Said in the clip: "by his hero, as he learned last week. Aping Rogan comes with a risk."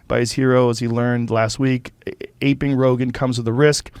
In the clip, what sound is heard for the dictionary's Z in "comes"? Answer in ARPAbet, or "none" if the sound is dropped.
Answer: Z